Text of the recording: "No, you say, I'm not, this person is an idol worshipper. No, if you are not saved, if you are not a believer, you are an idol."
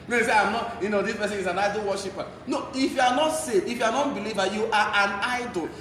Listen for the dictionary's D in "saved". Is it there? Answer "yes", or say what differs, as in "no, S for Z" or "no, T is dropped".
no, D is dropped